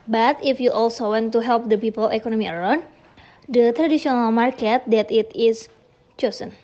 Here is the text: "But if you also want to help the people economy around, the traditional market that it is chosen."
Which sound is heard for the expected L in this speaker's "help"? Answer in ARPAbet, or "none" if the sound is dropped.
L